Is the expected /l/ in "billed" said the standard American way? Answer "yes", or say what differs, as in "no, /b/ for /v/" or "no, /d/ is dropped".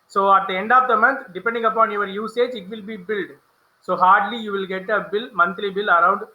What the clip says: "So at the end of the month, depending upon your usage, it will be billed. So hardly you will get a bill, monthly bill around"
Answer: yes